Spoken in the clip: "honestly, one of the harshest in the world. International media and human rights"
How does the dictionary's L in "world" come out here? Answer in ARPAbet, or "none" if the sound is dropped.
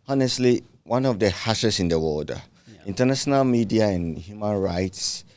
none